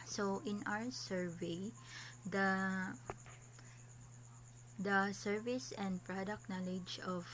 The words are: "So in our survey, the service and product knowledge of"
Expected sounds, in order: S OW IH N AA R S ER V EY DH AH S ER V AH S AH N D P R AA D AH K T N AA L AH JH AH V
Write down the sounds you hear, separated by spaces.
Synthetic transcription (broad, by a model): S OW IH N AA W S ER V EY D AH S ER V AH S AH N D P R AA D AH K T N AA L AH JH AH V